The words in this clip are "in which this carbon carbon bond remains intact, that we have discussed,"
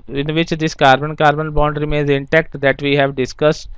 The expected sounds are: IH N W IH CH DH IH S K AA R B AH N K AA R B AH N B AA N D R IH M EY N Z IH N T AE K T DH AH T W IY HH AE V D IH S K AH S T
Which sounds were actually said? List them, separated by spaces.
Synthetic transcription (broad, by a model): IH N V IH CH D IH S K AA R B AH N K AA R B AH N B AA N D R IH M EY N Z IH N T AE K T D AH T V IY HH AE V D IH S K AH S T